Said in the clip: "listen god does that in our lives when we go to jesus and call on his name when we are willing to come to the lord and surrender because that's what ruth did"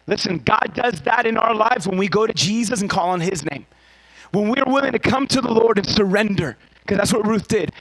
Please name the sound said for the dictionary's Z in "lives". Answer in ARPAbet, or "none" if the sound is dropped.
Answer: Z